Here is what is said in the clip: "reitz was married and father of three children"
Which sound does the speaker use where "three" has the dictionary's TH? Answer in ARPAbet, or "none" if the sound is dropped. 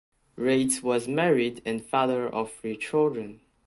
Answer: F